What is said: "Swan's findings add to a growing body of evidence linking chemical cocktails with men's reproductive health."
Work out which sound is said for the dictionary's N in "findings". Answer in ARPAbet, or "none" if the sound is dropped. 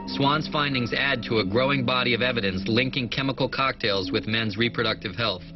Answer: N